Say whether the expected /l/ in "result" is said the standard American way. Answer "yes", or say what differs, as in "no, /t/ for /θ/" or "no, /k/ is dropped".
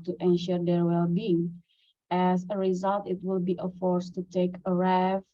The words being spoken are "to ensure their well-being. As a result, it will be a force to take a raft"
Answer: yes